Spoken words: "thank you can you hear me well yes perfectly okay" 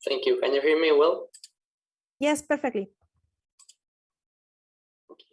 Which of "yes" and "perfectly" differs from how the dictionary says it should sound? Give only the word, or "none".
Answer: none